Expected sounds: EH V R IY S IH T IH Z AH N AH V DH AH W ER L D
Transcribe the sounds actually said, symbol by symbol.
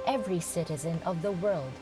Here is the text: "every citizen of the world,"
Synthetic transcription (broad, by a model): EH V R IY S IH T IH Z AH N AH V DH AH W ER L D